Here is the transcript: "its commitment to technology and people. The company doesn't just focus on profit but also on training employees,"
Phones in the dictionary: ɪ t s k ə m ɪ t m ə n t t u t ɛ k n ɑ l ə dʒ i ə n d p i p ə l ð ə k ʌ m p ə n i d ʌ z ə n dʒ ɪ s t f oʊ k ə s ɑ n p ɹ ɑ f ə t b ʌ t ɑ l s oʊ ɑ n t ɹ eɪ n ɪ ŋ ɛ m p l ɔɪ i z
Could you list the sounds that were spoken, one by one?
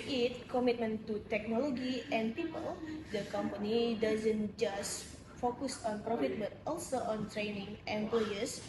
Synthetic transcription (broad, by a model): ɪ t k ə m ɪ t m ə n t t u t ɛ k n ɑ l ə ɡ i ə n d p i p ə l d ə k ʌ m p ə n i d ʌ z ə n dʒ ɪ s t f oʊ k ə s ɑ n p ɹ ɑ f ə t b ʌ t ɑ l s oʊ ɑ n t ɹ eɪ n ɪ ŋ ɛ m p l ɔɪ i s